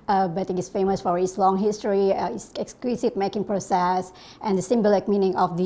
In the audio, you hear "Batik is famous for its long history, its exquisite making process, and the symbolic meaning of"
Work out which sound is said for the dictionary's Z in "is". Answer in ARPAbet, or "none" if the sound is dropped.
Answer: S